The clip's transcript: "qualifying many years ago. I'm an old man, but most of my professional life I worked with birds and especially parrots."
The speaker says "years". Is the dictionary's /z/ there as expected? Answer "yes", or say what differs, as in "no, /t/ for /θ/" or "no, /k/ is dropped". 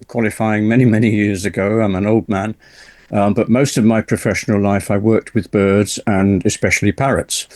yes